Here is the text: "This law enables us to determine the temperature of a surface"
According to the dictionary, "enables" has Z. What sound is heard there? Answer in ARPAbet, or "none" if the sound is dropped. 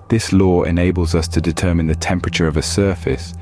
Z